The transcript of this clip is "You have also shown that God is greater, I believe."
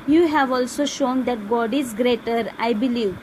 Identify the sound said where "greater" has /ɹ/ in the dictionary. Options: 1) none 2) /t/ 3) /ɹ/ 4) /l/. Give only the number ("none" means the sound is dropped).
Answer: 3